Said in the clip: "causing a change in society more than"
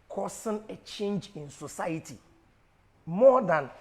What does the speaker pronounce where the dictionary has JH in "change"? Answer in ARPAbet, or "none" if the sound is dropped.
JH